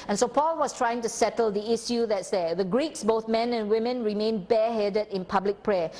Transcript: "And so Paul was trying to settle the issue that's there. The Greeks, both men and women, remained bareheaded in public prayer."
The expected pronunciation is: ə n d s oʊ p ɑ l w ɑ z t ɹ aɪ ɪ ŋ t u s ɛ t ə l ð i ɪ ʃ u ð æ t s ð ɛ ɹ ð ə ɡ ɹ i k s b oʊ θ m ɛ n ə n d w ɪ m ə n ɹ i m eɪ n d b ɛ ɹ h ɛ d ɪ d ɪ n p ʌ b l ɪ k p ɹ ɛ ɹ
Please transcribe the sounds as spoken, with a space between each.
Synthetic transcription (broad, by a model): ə n s oʊ p ɑ l w ɑ s t ɹ aɪ ɪ ŋ t u s ɛ t ə l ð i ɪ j u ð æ t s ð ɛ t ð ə ɡ ɹ i k s b oʊ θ m ɛ n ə n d w ɪ m ə n ɹ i m eɪ n b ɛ h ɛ d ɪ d ɪ n p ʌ b l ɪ k p ɹ ɛ